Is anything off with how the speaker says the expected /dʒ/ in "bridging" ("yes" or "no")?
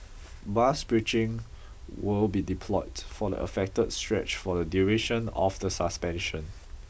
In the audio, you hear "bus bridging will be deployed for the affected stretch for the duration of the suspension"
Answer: yes